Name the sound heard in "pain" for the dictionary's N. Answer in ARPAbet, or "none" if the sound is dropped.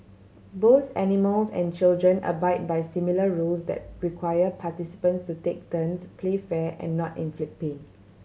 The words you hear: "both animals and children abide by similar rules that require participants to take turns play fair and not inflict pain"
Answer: none